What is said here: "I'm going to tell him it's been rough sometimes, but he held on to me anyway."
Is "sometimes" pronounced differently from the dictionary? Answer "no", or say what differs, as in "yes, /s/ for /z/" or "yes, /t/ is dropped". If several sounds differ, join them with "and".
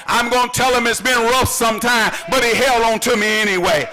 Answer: yes, /z/ is dropped